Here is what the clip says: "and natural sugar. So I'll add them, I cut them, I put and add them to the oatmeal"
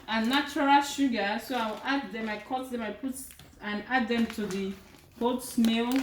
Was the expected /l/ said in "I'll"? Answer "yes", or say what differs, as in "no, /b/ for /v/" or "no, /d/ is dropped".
no, /w/ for /l/